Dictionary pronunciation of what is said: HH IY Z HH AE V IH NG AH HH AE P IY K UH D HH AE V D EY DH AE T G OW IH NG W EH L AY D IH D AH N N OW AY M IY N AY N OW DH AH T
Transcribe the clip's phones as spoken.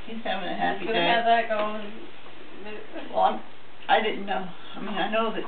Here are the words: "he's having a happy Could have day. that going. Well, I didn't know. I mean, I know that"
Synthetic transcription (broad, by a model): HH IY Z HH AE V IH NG AH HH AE IY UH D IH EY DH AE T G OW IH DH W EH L AY D IH D N N OW AY M IY N AY N OW DH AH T